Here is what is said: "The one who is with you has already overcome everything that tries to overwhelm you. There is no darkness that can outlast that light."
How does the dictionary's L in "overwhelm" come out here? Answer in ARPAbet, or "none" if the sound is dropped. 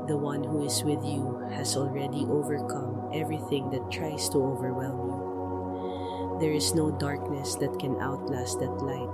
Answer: L